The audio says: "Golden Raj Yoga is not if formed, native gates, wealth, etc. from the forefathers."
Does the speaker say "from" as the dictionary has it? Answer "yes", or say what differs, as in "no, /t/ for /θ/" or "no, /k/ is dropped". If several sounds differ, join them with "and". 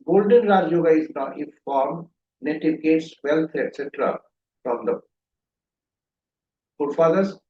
no, /p/ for /f/